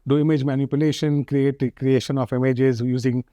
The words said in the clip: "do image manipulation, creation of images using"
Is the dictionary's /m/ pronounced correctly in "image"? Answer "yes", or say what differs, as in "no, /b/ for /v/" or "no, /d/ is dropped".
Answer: yes